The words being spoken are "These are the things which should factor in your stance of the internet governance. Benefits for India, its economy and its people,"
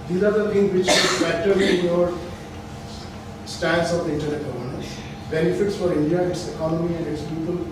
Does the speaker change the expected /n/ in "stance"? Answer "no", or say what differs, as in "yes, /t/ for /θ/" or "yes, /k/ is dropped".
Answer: yes, /l/ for /n/